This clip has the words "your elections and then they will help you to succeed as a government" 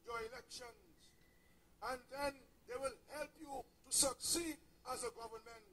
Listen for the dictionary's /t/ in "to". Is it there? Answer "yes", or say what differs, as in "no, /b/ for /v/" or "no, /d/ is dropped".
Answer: yes